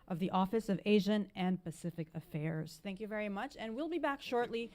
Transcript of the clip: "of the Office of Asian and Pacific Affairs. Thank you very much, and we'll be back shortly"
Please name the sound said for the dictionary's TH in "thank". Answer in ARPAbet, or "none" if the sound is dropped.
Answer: TH